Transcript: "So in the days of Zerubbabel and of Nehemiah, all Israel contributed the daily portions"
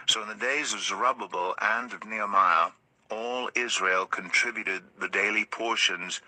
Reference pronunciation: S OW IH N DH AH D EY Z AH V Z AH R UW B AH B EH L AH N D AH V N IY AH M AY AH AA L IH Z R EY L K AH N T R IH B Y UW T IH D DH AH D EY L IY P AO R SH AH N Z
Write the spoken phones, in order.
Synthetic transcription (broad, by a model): S OW IH N DH AH D EY Z AH V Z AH R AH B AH B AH L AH N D AH V N IY AH M AY AH AA L IH Z R EY L K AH N T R IH B Y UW T IH D DH AH D EY L IY P AO R SH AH N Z